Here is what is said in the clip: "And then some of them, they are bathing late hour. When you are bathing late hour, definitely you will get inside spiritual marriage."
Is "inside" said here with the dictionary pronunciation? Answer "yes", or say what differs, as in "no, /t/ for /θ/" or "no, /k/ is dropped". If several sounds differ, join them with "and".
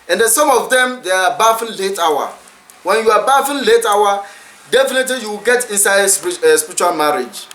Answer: yes